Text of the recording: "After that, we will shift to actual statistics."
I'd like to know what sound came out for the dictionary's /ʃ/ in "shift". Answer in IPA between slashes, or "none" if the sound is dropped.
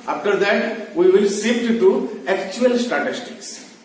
/s/